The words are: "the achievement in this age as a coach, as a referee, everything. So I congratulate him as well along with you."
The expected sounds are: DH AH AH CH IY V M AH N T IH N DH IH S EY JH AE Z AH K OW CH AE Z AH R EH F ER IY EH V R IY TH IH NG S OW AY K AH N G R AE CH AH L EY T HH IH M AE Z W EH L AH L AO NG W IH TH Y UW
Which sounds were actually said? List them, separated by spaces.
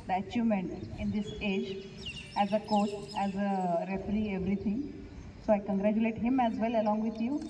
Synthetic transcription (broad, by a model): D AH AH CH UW M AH N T IH N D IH S EY JH AE Z AH K OW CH AE Z AH R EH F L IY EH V R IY T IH NG S OW AY K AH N G R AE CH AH L EY T HH IH M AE Z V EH L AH L AO NG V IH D Y UW